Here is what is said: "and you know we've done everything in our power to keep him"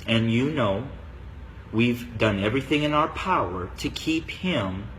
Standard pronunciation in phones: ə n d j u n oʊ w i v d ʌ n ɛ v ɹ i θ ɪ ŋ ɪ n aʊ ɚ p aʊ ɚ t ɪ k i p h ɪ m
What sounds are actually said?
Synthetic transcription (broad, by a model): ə n j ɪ n oʊ w i v d ʌ n ɛ v ɹ i θ ɪ ŋ ɪ n aʊ ɚ p aʊ ɚ t ɪ k i p h ɪ m